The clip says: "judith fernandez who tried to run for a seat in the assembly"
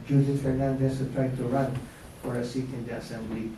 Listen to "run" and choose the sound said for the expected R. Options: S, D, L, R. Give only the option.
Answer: R